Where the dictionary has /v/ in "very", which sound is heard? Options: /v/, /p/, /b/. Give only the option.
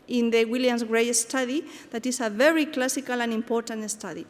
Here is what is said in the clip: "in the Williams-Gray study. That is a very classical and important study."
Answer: /v/